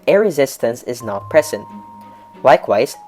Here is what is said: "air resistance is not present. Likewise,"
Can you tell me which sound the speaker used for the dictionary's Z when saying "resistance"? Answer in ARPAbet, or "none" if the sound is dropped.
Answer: Z